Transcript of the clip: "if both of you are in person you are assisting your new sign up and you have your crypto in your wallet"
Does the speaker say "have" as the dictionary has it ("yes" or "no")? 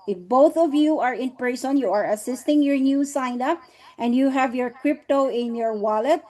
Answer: yes